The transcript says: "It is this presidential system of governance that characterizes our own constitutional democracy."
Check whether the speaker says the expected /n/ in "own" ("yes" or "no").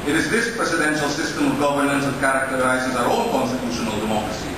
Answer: no